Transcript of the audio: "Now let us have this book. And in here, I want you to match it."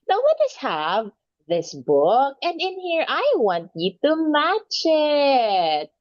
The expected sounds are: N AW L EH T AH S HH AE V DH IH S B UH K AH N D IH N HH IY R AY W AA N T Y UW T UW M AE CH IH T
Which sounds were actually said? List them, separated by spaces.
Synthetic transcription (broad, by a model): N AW W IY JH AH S HH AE V DH IH S B UH K AH N D IH N HH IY R AY W AA N T Y UW T UW M AE CH IH T